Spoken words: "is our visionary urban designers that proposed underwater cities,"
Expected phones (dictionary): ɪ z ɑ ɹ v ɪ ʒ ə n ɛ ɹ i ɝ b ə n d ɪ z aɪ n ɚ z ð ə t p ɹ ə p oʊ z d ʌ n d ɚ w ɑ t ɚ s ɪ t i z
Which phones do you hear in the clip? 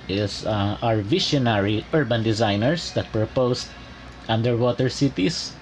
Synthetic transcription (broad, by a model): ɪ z ɑ ɹ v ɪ ʃ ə n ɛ ɹ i ɝ b ə n d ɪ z aɪ n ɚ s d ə t p ɹ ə p oʊ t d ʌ n d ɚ w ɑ t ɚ s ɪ t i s